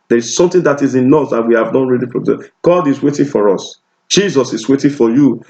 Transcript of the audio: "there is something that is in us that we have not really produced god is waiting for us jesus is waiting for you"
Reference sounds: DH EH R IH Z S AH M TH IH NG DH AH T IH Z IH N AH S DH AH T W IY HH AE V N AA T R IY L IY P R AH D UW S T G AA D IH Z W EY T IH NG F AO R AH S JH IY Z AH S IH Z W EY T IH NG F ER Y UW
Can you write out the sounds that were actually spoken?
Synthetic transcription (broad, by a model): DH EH R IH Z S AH M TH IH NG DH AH T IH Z IH N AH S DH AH T W IY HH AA V N AA T R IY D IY F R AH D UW G AA D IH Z W EY T IH NG F AO R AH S JH IY Z AH S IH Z W EY T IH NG F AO Y UW